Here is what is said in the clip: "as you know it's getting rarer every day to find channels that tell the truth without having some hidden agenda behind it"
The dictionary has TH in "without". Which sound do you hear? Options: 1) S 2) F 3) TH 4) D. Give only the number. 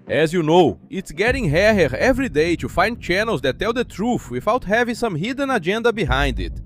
2